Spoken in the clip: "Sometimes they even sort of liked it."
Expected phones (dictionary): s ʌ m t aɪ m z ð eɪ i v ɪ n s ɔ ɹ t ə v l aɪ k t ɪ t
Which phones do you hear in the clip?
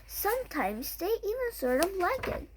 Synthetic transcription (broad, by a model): s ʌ m t aɪ m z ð eɪ i v ɪ n s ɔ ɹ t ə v l aɪ k ɪ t